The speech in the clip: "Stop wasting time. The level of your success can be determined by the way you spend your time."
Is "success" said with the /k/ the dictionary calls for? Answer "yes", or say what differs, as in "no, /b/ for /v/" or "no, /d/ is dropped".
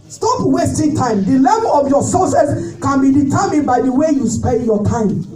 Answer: no, /k/ is dropped